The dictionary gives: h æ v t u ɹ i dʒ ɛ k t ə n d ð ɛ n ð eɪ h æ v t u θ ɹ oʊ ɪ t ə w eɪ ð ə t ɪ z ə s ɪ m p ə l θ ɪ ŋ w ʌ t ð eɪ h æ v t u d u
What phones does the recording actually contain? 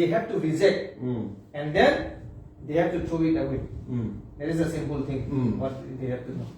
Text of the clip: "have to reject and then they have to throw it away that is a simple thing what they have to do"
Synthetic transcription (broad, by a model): h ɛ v t u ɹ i z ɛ t ə n d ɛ n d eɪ h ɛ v t u t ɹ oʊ ɪ t ə w eɪ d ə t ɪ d ə s ɪ m p ə l t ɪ ŋ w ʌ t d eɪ h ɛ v t u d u